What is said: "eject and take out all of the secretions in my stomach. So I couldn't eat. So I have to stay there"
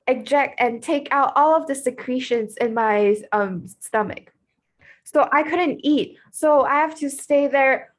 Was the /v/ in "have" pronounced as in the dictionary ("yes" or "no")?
no